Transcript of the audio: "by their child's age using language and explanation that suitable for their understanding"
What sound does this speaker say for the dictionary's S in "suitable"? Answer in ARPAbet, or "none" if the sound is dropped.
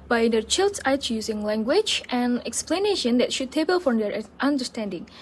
SH